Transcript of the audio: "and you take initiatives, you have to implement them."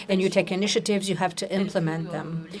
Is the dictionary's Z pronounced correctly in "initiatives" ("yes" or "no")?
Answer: yes